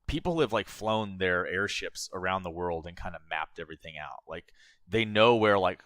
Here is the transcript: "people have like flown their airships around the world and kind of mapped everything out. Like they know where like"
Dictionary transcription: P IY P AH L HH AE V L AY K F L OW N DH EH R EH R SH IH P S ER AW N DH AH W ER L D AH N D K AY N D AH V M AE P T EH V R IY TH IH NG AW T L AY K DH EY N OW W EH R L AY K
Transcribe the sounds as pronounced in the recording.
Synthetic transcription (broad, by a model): P IY P L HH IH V L AY K F L OW N DH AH R EH R SH IH P S ER AW N DH AH W ER L D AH N K AY N D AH M AE P T EH V R IY TH IH NG AW T L AY K DH EY N OW W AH R L AY K